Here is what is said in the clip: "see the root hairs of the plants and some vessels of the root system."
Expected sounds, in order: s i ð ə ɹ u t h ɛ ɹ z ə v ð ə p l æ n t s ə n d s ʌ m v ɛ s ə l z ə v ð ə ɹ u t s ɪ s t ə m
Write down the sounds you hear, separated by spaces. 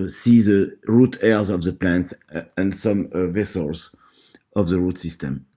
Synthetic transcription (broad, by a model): s i ð ə ɹ u t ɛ ɹ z ə v ð ə p l æ n t s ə n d s ʌ m v ɛ s ə l z ə v ð ə ɹ u t s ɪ s t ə m